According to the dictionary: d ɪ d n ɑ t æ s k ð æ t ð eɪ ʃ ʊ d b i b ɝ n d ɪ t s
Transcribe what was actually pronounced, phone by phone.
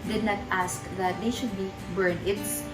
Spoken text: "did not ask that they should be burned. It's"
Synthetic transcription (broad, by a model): d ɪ d n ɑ t æ s k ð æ t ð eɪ ʃ ʊ d b i b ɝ n ɪ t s